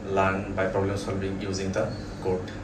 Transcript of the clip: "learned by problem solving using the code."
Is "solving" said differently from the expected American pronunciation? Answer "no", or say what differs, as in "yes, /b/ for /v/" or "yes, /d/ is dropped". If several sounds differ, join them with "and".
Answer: yes, /b/ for /v/